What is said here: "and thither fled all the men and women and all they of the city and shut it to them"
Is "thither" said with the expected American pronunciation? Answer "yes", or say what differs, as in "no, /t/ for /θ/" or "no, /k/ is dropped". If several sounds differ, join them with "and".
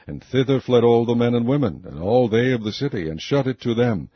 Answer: yes